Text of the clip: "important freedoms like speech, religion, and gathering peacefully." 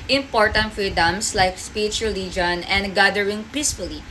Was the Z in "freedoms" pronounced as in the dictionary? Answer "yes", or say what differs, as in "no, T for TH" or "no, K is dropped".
no, S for Z